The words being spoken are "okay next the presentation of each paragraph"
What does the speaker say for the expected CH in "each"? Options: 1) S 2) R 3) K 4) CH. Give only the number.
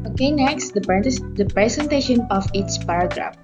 1